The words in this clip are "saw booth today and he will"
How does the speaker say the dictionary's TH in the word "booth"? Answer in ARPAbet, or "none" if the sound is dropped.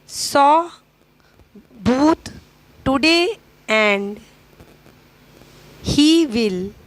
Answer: T